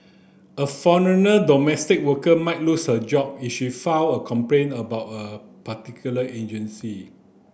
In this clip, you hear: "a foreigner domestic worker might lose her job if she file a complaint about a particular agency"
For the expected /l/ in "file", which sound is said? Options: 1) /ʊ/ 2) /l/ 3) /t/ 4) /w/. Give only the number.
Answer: 4